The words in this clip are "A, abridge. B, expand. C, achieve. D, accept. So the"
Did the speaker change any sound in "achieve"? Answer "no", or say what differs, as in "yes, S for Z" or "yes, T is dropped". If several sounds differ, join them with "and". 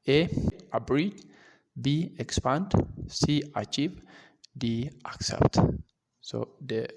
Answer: no